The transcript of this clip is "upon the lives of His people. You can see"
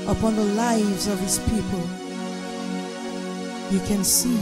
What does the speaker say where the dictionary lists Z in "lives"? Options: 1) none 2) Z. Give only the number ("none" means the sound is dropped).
2